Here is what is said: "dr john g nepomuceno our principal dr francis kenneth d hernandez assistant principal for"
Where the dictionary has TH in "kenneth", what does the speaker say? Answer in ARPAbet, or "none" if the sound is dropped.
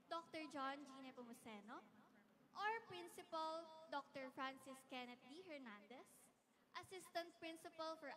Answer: T